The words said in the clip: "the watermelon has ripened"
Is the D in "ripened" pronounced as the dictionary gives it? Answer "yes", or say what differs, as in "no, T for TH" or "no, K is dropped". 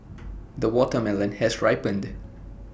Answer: yes